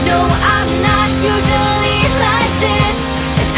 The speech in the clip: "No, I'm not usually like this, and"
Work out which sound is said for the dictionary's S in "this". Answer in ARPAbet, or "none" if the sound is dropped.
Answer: none